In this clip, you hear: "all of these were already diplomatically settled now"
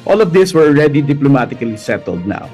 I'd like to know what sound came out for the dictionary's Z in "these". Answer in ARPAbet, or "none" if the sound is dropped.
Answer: S